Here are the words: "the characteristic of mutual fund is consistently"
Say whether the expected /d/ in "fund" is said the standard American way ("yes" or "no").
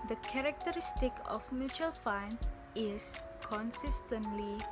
no